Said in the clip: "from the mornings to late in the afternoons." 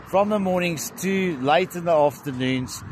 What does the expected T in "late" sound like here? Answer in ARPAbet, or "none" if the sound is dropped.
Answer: T